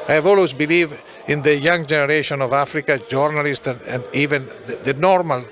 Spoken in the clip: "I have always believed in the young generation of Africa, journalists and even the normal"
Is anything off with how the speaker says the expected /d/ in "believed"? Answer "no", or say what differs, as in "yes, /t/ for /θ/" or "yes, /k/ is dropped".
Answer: yes, /d/ is dropped